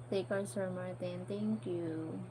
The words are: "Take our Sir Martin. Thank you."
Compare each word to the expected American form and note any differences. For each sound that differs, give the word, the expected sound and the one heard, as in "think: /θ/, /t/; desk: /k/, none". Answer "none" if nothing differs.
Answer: thank: /θ/, /t/